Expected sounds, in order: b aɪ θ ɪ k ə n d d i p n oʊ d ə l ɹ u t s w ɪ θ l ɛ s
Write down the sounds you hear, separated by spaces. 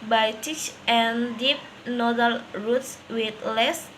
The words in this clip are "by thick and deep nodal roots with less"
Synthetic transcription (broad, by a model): b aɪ t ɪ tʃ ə n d d i p n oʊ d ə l ɹ u t s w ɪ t l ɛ s